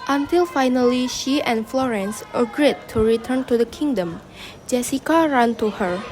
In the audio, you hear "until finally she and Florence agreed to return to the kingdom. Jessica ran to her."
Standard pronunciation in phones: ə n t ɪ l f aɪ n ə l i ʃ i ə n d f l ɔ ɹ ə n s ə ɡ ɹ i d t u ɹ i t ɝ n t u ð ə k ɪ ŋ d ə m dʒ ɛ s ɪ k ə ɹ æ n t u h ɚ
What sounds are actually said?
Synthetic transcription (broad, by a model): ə n t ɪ l f aɪ n ə l i ʃ i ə n f l ɔ ɹ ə n s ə ɡ ɹ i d t u ɹ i t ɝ n t u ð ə k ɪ ŋ d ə m dʒ ɛ s ɪ k ə ɹ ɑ n t u h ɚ